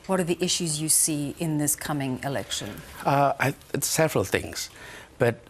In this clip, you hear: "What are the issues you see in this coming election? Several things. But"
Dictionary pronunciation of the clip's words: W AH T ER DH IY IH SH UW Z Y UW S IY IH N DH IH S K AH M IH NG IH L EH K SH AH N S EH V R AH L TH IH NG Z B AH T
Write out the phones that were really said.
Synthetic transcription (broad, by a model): W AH T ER DH IY IH SH UW Z Y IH S IY IH N DH IH S K AH M IH NG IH L EH K SH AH N S EH V R AH L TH IH NG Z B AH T